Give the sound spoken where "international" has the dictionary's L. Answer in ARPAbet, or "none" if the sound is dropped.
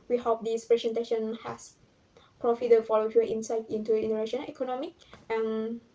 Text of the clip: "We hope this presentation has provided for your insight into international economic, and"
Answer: N